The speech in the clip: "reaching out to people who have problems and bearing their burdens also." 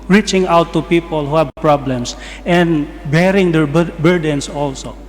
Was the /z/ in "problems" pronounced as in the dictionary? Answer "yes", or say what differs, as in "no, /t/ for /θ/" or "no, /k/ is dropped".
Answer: no, /s/ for /z/